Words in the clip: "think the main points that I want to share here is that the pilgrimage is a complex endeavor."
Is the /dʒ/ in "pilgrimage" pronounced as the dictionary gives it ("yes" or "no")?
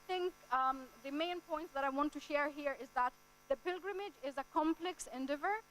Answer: yes